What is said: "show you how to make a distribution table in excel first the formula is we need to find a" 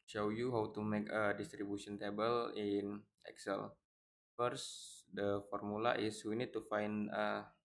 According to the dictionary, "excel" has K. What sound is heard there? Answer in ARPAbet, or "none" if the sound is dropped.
K